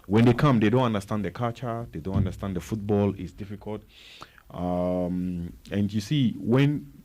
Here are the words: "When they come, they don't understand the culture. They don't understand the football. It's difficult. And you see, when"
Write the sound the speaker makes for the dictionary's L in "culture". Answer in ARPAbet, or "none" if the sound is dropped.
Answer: none